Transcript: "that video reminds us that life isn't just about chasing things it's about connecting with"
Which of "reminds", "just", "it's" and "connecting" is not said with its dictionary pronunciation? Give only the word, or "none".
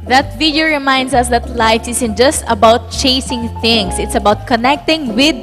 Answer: reminds